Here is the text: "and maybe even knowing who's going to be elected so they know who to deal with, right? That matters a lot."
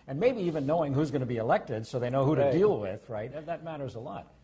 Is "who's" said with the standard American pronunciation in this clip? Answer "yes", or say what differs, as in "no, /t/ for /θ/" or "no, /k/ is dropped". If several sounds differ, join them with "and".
yes